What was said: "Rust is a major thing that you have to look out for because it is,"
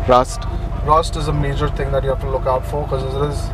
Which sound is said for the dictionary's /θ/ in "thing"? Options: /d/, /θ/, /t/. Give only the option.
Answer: /t/